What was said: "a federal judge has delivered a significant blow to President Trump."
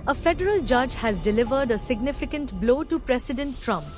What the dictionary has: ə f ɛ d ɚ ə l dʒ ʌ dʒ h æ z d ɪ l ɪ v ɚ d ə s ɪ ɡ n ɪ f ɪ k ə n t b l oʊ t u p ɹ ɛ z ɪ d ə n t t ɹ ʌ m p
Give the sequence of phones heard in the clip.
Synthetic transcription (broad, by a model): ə f ɛ d ɚ ə l dʒ ʌ dʒ h æ z d ɪ l ɪ v ɚ d ə s ɪ ɡ n ɪ f ɪ k ə n t b l oʊ t u p ɹ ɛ s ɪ d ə n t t ɹ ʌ m p